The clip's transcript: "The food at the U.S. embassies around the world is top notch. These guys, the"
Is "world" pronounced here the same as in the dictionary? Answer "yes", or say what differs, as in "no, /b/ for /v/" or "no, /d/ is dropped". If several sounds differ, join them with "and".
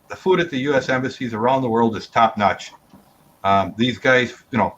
yes